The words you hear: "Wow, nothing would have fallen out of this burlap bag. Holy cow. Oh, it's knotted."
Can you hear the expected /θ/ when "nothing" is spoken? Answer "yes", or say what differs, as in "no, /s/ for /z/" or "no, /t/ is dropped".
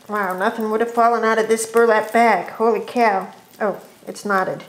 yes